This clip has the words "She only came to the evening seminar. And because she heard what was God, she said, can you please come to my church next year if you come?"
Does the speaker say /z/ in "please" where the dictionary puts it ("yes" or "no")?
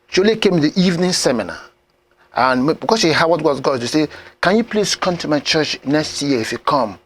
no